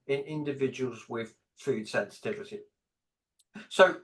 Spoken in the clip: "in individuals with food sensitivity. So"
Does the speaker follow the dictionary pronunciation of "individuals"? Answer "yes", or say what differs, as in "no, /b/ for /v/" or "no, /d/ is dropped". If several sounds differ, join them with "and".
yes